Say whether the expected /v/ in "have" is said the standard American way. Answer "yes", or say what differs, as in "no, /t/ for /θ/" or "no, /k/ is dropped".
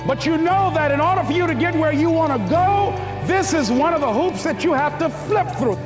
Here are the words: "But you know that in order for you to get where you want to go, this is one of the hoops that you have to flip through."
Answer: no, /f/ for /v/